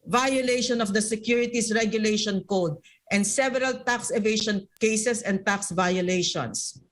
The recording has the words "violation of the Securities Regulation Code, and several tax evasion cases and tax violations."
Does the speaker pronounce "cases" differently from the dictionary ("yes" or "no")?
yes